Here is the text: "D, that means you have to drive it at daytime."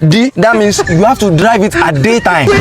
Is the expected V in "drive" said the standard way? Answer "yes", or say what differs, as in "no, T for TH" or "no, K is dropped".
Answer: yes